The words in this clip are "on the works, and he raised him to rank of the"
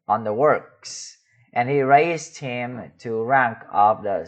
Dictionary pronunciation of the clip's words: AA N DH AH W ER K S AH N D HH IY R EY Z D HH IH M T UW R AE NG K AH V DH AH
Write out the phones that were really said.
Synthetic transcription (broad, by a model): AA N DH AH W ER K S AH N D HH IY R EY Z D HH IH M T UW R AE NG K AH V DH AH